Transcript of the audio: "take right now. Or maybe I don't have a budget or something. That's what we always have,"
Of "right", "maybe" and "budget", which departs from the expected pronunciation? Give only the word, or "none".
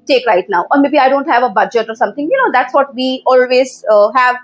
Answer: none